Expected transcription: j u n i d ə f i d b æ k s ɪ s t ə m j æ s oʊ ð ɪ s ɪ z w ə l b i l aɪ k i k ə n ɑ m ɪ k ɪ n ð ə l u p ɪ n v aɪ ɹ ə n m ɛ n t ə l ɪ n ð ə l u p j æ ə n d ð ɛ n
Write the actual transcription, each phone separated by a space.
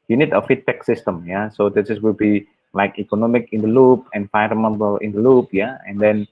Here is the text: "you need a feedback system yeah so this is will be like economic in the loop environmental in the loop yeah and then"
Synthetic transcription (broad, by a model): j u n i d ə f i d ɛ k s ɪ s t ə m j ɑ s oʊ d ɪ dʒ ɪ s w ə l b i l aɪ k i k ə n ɑ m ɪ k ɪ n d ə l u p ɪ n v aɪ ə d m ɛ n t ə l ɪ n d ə l u p j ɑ ə n d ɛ n